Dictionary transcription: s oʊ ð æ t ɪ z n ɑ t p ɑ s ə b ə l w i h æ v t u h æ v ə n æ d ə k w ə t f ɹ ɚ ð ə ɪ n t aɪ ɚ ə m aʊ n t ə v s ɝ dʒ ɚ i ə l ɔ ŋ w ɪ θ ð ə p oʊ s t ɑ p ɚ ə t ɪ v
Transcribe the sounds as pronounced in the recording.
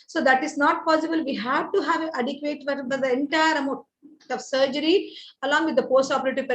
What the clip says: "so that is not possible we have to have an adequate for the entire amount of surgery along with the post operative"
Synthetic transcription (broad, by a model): s oʊ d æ t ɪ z n ɑ t p ɑ s ə b ə l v i h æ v t u h æ v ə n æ d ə k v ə t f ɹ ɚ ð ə ɪ n t aɪ ɚ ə m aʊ t ə v s ɝ dʒ ɚ i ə l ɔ ŋ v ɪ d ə p oʊ s t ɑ p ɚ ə t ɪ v